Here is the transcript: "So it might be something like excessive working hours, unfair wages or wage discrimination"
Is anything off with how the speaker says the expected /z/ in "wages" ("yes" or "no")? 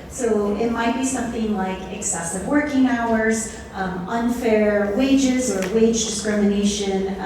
no